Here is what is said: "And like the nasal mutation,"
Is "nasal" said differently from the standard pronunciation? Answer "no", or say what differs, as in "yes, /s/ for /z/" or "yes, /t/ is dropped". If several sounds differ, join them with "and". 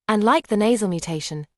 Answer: no